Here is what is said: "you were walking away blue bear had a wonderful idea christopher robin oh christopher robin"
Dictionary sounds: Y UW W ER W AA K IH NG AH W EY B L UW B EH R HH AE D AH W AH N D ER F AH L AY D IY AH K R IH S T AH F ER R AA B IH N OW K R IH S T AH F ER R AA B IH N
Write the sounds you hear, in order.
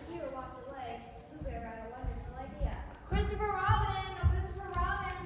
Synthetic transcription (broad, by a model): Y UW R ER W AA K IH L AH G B UW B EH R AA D AH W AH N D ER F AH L AY D IY AH K R IH S T AH F ER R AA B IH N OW K R IH S T AH F ER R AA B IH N